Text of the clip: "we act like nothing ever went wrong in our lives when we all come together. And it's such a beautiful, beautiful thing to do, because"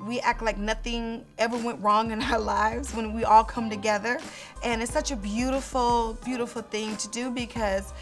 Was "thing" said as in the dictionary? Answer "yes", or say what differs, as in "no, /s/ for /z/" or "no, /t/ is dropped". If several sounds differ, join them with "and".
yes